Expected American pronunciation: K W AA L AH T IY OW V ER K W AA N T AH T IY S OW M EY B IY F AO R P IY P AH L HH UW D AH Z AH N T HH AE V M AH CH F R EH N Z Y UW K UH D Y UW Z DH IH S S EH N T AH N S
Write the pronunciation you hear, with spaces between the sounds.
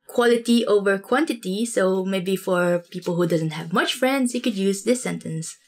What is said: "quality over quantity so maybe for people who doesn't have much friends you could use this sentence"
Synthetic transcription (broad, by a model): K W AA L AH T IY OW V ER K W AA N T AH T IY S OW M EY B IY F AO R P IY P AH L HH UW D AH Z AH N T HH AE V M AH CH F R EH N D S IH K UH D Y UW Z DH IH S S EH N T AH N S